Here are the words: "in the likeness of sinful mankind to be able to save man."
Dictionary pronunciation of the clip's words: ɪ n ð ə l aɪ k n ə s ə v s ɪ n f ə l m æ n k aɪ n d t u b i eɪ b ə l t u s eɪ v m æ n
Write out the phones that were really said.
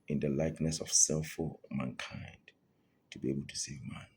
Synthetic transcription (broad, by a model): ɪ n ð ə l aɪ k n ə s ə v s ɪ l f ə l m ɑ n k aɪ n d t u b i eɪ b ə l t u s eɪ v m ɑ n